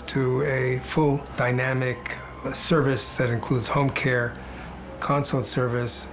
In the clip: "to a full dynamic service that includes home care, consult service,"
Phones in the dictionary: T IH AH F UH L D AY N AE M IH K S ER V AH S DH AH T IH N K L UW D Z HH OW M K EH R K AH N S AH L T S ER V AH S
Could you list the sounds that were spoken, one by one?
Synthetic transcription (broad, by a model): T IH AH F UH L D AY N AE M IH K S ER V AH S DH AH T IH N K L UW D Z HH OW M K EH R K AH N S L T S ER V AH S